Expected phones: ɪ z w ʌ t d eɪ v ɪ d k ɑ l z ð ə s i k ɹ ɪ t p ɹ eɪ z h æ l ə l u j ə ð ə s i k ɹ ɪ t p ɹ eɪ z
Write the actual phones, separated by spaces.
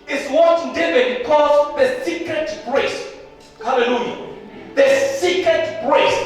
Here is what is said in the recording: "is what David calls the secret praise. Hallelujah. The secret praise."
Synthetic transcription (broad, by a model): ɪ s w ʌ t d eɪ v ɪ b k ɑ z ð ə s i k ɹ ɪ t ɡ ɹ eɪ s h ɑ l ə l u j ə ð ə s i k ɹ ɪ t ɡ ɹ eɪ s